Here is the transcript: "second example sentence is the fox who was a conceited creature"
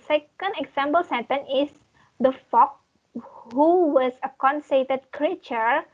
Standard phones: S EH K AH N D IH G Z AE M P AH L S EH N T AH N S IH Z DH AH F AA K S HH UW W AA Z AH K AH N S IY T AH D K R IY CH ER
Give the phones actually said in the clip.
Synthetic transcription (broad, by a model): S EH K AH N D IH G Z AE M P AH L S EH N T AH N IH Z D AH F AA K HH UW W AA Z AH K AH N S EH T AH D K R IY CH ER